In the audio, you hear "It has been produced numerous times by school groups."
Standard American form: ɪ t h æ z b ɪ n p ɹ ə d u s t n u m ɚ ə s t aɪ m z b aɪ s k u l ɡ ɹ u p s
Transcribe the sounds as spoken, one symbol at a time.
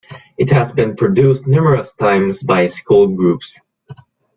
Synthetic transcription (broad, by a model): ɪ t h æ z b ɪ n p ɹ ə d u s t n u m ɚ ə s t aɪ m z b aɪ s k u l ɡ ɹ u p s